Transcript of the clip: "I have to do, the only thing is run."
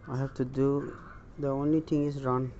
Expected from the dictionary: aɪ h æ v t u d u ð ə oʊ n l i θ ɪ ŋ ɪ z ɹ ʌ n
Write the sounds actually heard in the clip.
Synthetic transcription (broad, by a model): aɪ h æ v t u d u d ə oʊ n l i t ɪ ŋ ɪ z ɹ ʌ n